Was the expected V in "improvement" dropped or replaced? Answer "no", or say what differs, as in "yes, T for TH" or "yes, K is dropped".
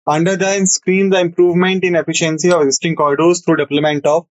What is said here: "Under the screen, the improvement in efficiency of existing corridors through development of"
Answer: no